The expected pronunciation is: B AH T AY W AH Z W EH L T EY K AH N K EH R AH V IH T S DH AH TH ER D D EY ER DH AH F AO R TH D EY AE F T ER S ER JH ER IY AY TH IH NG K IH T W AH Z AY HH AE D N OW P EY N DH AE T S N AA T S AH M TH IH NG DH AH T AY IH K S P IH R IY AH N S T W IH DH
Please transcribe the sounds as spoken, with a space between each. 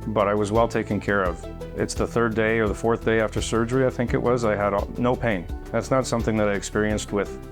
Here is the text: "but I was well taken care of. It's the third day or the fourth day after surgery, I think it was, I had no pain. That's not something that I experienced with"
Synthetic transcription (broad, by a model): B AH T AY W AH Z W EH L T EY K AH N K EH R AH V IH T S DH AH TH ER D D EY ER DH AH F AO R TH D EY AE F T ER S ER JH ER IY AY TH IH NG K IH T W AH Z AY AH D N OW P EY N DH AE T S N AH T S AH M TH IH NG DH AH T AY IH K S P IH R IY AH N S T W IH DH